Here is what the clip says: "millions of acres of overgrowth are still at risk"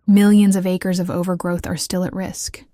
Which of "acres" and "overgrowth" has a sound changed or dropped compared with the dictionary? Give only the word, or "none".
none